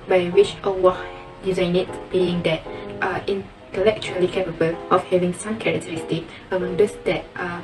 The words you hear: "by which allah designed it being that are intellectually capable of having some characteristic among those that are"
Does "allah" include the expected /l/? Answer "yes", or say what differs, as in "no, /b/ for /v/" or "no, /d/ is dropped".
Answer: no, /w/ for /l/